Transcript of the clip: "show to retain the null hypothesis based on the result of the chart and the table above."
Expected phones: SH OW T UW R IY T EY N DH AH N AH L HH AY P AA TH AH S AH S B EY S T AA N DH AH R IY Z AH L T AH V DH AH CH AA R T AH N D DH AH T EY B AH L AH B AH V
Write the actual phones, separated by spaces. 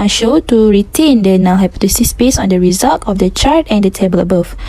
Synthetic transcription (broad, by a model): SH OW T UW R IY T EY N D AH N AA W HH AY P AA T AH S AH S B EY S AA N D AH R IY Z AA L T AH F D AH CH AA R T AH N D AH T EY B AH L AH B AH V